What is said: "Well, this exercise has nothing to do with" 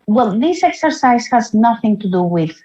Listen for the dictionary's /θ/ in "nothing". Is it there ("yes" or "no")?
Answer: yes